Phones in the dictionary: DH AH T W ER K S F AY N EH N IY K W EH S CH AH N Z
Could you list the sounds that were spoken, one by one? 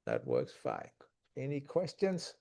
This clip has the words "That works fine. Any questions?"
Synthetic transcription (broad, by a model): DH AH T W ER K S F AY EH N IY K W EH S CH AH N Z